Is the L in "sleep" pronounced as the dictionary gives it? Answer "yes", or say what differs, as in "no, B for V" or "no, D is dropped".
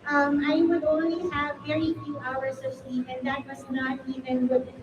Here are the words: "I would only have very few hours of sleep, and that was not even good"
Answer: yes